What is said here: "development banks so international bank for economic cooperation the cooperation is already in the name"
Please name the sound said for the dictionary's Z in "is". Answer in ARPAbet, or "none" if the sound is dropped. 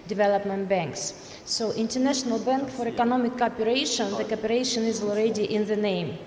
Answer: Z